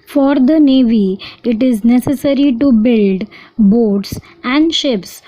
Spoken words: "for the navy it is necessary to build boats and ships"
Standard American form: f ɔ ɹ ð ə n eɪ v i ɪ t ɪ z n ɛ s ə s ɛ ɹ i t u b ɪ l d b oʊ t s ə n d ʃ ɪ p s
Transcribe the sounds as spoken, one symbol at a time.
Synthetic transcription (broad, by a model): f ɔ ɹ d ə n eɪ v i ɪ t ɪ z n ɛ s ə s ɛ ɹ i t u b ɪ l d b oʊ t s ə n d ʃ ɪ p s